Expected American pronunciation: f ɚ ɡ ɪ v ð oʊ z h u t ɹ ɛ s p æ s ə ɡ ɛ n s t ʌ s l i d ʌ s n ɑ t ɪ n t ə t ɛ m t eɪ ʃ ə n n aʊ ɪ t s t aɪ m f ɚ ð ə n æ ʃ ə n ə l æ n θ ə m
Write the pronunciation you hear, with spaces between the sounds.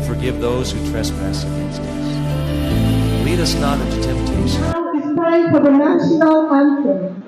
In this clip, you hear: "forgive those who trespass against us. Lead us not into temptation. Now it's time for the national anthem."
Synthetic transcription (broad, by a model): f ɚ ɡ ɪ v ð oʊ z h u t ɹ ɛ s p æ s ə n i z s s l i d ʌ s n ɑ t ɪ n t ə t ɛ m t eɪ ə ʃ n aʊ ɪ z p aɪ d f ɚ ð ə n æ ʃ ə n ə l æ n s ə